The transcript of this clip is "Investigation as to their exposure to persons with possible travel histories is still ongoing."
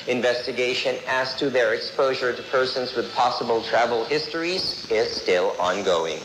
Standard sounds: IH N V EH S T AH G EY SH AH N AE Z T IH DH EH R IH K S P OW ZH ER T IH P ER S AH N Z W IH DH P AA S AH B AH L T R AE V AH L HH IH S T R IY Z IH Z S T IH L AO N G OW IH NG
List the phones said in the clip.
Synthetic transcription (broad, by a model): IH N V EH S T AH G EY SH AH N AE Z T IH DH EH R IH K S P OW ZH ER T IH P ER S AH N Z W IH DH P AA S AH B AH L T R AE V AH L HH IH S T R IY Z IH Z S T IH L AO N G OW IH NG